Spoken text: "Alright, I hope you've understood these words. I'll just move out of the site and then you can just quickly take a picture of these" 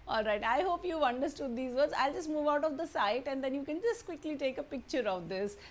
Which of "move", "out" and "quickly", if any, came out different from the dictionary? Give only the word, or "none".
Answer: none